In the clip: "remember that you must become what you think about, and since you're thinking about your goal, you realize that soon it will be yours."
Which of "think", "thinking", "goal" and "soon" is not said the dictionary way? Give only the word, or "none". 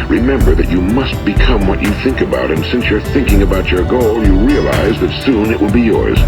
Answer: none